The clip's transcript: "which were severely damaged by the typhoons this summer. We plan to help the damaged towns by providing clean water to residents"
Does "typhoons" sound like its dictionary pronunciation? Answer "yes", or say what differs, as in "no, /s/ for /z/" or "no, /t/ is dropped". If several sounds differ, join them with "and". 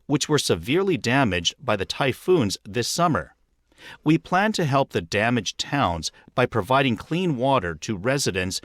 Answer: yes